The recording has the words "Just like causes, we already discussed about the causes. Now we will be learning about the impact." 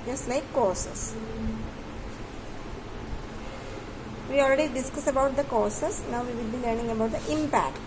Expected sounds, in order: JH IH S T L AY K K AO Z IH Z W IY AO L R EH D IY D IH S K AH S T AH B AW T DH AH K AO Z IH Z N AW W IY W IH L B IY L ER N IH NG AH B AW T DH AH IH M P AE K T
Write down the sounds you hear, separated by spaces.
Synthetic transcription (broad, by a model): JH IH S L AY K K AO S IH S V IY AO L R EH D IY D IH S K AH S AH B AW T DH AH K AO S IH S N AW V IY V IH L B IY L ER N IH NG AH B AW T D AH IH M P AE K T